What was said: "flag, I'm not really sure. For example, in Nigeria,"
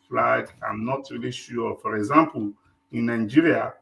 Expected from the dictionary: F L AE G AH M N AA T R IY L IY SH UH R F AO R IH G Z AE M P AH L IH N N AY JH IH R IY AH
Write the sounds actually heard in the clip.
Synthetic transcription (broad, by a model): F L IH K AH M N AA T R IY L IY SH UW F AO R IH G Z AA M P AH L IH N N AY JH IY R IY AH